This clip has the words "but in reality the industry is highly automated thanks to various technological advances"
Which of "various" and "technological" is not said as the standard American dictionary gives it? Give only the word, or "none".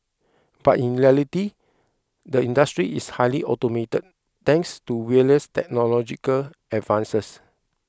various